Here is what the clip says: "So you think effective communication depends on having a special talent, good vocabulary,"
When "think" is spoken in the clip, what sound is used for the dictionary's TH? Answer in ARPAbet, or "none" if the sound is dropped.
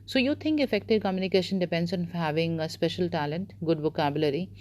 T